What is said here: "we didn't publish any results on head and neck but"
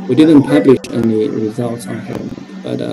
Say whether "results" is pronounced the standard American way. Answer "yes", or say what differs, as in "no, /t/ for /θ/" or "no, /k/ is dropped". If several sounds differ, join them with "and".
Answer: yes